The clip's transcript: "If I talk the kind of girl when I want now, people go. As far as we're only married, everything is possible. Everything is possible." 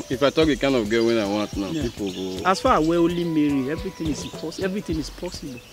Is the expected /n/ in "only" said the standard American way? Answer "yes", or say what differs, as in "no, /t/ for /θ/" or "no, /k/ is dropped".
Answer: no, /n/ is dropped